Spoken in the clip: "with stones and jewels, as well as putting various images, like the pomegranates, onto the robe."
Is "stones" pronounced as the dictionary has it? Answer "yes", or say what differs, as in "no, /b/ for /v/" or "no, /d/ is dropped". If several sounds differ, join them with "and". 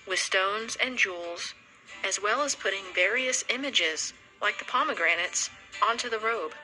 yes